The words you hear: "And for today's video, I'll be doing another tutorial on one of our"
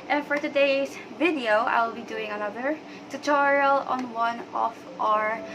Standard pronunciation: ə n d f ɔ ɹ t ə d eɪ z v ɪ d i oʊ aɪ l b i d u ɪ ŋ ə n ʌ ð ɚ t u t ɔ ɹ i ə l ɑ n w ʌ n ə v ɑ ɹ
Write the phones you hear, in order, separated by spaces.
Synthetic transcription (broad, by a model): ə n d f ɔ ɹ t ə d eɪ s v ɪ d i oʊ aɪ l b i d u ɪ ŋ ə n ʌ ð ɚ t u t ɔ ɹ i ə l ɑ n w ʌ n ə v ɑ ɹ